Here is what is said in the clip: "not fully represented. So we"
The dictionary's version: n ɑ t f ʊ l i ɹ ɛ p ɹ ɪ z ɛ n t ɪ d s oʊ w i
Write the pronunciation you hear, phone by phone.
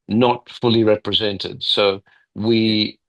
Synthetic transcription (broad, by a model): n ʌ t f ʊ l i ɹ ɛ p ɹ ɪ z ɛ n t ɪ d s oʊ w i